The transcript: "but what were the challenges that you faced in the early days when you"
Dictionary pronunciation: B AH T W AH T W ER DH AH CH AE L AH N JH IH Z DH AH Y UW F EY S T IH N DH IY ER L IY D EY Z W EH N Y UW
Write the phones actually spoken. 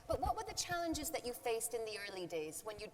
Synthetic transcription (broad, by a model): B AH T W AH T W ER DH AH CH AE L AH N JH IH Z DH AH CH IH F EY S T IH N DH IY ER L IY D EY Z W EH N Y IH